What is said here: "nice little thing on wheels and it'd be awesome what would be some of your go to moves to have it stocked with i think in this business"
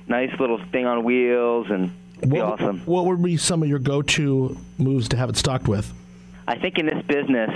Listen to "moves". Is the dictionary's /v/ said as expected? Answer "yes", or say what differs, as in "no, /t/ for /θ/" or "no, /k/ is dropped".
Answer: yes